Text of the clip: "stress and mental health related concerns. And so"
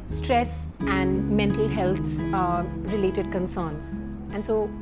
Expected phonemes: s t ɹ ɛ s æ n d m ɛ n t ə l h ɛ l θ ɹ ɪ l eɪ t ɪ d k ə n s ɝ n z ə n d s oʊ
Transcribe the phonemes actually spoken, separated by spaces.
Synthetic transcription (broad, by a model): s t ɹ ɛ s æ n d m ɛ n t ə l h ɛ l t ɹ ɪ l eɪ t ɪ d k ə n s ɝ n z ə n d s oʊ